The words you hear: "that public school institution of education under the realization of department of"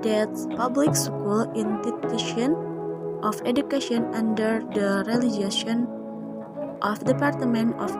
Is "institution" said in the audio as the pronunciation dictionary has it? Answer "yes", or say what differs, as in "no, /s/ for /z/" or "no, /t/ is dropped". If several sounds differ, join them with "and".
no, /s/ is dropped